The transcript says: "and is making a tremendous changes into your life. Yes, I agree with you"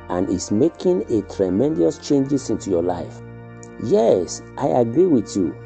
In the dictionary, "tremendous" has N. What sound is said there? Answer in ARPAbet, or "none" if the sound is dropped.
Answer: N